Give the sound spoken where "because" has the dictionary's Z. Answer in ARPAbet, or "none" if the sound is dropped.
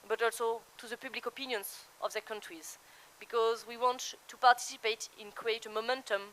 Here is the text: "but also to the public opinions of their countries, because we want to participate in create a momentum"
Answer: Z